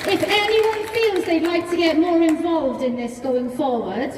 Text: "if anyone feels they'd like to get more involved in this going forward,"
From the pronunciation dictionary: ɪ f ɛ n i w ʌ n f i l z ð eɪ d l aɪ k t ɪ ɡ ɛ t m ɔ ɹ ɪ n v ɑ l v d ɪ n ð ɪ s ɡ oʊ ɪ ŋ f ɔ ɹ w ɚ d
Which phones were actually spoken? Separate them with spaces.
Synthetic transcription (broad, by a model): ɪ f ɛ n i w ʌ n f i l z ð eɪ d l aɪ k t ɪ ɡ ɛ t m ɔ ɹ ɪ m v ɑ l v d ɪ n ð ɪ s ɡ oʊ ɪ ŋ f ɔ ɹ w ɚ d